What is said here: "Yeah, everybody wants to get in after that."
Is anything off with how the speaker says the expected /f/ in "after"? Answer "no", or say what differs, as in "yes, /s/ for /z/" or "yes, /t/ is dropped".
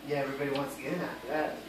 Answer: yes, /f/ is dropped